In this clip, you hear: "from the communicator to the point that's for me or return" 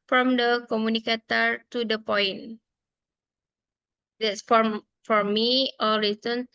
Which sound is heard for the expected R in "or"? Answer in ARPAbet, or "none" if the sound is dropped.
L